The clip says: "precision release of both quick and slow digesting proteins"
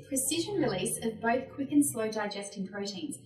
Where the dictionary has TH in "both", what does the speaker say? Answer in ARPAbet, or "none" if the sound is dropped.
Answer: TH